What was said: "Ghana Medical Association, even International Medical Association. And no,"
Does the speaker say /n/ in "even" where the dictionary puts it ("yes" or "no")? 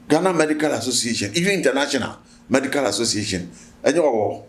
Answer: no